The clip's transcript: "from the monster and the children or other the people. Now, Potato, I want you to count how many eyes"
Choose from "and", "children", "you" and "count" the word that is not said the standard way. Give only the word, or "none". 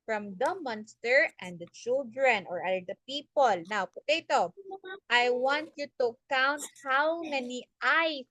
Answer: none